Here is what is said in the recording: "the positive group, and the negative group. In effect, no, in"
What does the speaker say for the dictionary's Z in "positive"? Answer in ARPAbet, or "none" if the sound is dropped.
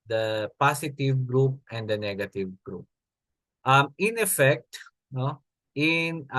S